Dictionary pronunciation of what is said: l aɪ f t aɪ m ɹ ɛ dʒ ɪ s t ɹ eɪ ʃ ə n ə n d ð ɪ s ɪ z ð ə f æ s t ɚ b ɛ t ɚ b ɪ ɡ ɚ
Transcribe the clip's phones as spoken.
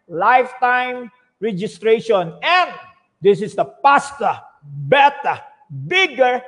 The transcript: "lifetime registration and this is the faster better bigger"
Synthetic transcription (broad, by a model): l aɪ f t aɪ m ɹ ɛ dʒ ɪ s t ɹ eɪ ʃ ə n ə n d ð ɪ s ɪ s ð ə p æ s t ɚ b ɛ t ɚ b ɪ ɡ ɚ